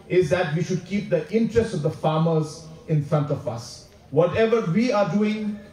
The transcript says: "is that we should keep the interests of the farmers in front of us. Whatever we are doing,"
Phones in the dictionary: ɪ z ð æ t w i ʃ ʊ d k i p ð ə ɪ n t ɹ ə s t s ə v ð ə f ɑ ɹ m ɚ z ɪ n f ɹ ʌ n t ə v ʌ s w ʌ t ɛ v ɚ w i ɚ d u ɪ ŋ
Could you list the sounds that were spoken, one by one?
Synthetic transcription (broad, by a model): ɪ z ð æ t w i ʃ ʊ d k i p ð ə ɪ n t ɹ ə s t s ə v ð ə f ɑ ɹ m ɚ z ɪ n f ɹ ʌ n t ə v ʌ s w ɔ t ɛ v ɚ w i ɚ d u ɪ ŋ